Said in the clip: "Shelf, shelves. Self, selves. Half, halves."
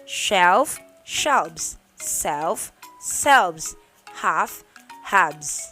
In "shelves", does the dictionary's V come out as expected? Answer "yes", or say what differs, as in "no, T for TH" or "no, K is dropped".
no, B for V